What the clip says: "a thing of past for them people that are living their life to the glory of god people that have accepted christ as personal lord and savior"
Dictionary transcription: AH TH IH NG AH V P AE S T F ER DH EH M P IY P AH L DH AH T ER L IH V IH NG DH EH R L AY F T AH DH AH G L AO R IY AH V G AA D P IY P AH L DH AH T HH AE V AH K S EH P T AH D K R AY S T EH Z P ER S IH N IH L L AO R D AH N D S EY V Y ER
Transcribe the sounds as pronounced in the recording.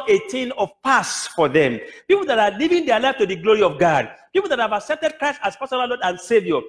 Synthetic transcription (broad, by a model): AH T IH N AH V P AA S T F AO DH EH M P IY P AH L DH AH T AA L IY V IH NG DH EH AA L AY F T AH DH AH G L AO R IY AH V G AA D P IY P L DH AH T HH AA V AH K S EH P T AH D K R AY S T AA S P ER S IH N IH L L AO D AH N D S EY V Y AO